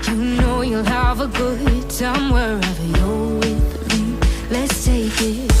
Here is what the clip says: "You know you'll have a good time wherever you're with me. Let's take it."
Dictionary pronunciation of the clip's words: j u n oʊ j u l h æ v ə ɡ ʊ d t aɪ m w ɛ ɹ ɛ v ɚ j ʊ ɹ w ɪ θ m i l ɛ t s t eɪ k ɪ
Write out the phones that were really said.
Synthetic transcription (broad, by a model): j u n oʊ j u l h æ v ə ɡ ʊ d s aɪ m w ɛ ɹ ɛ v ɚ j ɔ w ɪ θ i l ɛ t s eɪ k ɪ